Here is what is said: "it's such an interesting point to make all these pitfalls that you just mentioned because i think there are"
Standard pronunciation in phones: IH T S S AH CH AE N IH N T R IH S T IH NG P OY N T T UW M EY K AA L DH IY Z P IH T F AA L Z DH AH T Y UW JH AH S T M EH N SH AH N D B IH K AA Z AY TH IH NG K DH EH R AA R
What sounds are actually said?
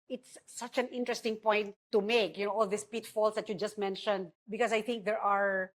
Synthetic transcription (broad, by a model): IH T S S AH CH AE N IH N T R IH S T IH NG P OY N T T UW M EY K AA L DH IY S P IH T F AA L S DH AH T Y UW JH AH S T M EH N SH AH N D B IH K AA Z AY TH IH NG K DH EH R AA R